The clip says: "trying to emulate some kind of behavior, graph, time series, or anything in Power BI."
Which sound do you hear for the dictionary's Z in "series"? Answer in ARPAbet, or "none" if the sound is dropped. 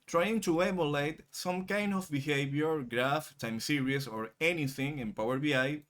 S